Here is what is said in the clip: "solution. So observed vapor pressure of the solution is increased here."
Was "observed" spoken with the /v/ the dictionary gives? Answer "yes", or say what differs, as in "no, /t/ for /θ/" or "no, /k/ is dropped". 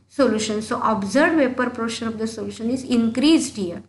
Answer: no, /v/ is dropped